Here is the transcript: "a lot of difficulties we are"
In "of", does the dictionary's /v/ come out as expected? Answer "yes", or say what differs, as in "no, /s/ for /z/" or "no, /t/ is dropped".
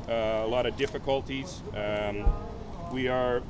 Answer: yes